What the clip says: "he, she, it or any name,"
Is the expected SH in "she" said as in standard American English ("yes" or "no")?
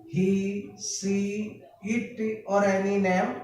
no